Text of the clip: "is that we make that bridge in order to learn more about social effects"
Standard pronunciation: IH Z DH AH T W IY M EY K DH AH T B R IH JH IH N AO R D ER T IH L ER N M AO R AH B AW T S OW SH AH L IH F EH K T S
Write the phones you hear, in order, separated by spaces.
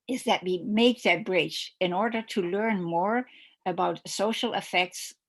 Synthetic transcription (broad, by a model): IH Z DH AH T W IY M EY K DH AH T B R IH CH IH N AO R D ER T IH L ER N M AO R AH B AW T S OW SH L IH F EH K T S